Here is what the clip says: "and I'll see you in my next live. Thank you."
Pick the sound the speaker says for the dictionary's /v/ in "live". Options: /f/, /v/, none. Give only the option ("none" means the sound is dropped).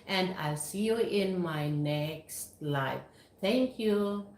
/f/